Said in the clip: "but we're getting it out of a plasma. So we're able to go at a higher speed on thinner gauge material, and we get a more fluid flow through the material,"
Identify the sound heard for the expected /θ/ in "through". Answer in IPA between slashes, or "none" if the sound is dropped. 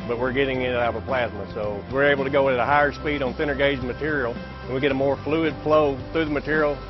/θ/